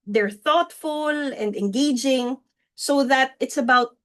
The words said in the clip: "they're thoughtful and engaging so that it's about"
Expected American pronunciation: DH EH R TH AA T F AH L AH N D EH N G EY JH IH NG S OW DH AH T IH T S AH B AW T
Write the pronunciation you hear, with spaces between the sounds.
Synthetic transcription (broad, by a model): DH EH R TH AA T F AH L AH N D EH N G EY JH IH NG S OW DH AH T IH T S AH B AW T